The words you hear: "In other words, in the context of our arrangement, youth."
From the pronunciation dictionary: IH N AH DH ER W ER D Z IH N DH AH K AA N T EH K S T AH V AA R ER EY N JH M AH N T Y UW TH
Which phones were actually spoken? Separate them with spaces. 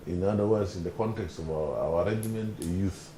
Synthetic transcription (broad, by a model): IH N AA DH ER W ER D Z IH N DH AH K AA N T EH K S T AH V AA W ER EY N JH M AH N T Y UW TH